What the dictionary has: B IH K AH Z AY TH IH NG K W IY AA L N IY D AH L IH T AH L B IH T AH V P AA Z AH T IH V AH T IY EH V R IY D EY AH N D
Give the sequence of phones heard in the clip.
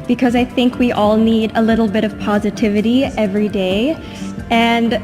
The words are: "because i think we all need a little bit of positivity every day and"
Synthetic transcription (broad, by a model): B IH K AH Z AY TH IH NG K W IY AA L N IY D AH L IH T L B IH T AH V P AA Z AH T IH V AH T IY EH V R IY D EY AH N